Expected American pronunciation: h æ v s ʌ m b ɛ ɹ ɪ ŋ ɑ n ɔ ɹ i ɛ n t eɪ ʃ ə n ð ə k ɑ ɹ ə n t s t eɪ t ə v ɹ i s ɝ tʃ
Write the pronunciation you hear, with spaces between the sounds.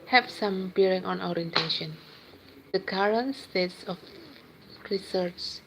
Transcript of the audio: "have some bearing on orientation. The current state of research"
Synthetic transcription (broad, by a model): h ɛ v s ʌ m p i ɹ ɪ ŋ ɑ n ɔ ɹ i ɛ n t eɪ ʃ ə n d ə k ɑ ɹ ə n t s t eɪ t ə f ɹ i s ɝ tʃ